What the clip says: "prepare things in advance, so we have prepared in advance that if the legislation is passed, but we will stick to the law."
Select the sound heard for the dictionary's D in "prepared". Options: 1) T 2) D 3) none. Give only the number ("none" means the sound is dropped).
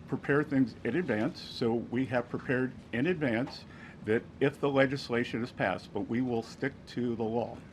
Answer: 2